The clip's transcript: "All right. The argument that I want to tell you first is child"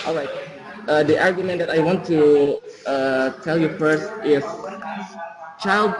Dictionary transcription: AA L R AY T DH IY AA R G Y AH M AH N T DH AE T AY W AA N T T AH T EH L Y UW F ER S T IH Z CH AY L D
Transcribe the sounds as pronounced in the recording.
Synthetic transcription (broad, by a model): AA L R AY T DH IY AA R G Y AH M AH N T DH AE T AY W AA N T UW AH T EH L Y UW F ER S T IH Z CH AY L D